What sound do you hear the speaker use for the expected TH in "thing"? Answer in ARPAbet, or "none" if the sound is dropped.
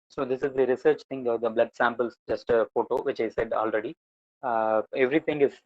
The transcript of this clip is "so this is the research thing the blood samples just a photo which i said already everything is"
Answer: T